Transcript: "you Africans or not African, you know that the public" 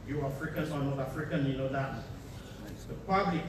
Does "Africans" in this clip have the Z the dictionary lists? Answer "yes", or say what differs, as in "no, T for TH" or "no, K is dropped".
no, Z is dropped